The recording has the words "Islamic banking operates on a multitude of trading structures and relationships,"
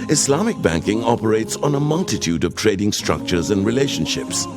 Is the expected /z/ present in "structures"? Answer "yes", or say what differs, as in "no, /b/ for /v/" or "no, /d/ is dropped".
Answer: yes